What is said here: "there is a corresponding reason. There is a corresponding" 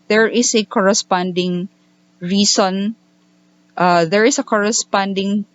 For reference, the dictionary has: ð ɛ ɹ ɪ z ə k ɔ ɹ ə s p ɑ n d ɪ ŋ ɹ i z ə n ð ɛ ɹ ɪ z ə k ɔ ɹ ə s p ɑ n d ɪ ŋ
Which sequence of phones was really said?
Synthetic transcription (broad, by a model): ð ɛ ɹ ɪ s ə k ɔ ɹ ə s p ɑ n d ɪ ŋ ɹ i s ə n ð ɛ ɹ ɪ s ə k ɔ ɹ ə s p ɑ n d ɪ ŋ